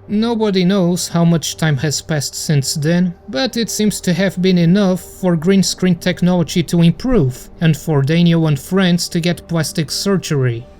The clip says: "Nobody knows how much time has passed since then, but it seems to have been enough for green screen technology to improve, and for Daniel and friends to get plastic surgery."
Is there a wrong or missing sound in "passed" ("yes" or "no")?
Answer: no